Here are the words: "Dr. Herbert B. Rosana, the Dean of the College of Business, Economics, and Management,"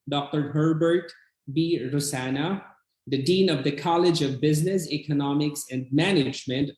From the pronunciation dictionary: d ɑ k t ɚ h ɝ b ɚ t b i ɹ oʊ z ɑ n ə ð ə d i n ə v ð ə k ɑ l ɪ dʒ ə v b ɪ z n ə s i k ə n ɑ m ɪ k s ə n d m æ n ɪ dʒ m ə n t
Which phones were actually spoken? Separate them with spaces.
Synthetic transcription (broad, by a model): d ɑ k t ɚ h ɝ b ɚ t b i ɹ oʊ s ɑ n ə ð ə d i n ə v ð ə k ɑ l ɪ dʒ ə v b ɪ z n ə s i k ə n ɑ m ɪ k s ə n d m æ n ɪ dʒ m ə n t